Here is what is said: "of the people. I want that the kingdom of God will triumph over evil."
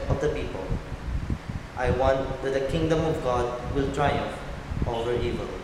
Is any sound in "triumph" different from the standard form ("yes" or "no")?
yes